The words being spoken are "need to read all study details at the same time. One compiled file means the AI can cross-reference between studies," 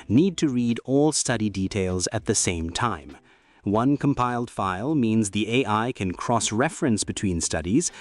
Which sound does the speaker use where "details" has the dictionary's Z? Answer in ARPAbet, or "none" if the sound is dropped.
Z